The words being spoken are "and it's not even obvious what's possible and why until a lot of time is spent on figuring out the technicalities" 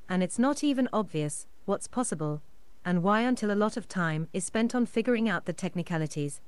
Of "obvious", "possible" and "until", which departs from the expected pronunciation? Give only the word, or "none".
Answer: none